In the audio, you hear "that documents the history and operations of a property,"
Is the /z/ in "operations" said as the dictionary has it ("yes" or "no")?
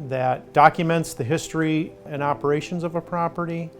yes